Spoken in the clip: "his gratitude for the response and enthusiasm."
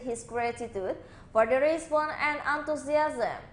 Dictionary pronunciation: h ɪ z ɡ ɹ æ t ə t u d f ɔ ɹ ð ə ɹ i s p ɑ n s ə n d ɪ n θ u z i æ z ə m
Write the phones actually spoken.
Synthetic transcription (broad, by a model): h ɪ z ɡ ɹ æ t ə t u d f ɔ ɹ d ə ɹ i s b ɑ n ə n d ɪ n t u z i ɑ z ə m